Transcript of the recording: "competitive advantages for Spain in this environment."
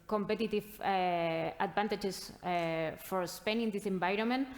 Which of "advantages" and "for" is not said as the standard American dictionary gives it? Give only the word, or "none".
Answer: advantages